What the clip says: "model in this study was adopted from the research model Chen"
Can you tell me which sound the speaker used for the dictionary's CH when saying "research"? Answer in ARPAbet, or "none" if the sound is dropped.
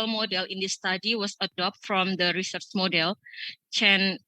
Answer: CH